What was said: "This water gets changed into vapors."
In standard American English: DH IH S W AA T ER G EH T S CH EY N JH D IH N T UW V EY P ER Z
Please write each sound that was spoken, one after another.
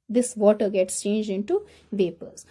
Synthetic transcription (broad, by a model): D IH S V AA T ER G EH T S CH EY N JH D IH N T UW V EY P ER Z